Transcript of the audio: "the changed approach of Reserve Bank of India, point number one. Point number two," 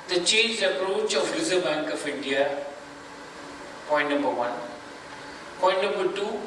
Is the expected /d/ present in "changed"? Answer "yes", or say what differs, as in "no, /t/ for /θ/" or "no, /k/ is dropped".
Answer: no, /d/ is dropped